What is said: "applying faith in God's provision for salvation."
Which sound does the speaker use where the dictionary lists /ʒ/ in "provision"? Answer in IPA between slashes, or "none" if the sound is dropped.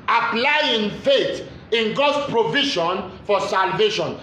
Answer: /ʃ/